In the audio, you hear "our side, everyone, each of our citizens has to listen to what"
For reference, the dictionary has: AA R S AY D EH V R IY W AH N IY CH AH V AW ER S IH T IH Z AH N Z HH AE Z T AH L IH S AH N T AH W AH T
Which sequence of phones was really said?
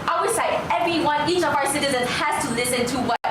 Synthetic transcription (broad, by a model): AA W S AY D EH V R IY W AH N IY CH AH V AW ER S IH T IH Z AH N Z HH AE Z T AH L IH S AH N T AH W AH